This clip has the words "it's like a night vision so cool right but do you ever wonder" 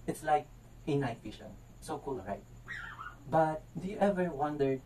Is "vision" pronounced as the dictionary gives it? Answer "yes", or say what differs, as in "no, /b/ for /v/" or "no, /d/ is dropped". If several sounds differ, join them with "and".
no, /ʃ/ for /ʒ/